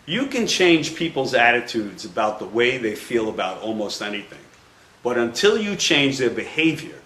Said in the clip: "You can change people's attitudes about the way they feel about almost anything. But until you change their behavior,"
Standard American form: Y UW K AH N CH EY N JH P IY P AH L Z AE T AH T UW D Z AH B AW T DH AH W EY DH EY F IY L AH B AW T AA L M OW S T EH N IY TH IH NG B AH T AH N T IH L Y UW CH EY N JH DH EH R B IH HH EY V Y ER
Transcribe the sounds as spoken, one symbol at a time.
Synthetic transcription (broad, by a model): Y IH K AH N CH EY N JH P IY P L Z AE T AH T UW D Z AH B AW T DH AH W EY DH EY F IY L AH B AW T AA L M OW S T EH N IY TH IH NG B AH T AH N T IH L Y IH CH EY N JH DH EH R B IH HH EY V Y ER